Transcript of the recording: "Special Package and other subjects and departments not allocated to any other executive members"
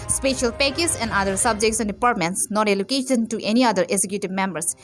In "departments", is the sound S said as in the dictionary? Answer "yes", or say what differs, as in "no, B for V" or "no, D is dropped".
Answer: yes